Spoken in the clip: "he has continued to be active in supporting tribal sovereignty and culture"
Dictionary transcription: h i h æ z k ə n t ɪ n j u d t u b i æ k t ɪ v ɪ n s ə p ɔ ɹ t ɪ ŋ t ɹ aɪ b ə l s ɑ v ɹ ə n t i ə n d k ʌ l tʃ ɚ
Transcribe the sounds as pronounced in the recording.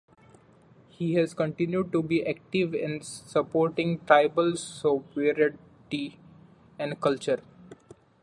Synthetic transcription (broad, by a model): h i h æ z k ə n t ɪ n j u d t u b i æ k t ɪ v ɪ n s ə p ɔ ɹ t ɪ ŋ t ɹ aɪ b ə l s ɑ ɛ ɹ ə t i ə n d k ʌ l tʃ ɚ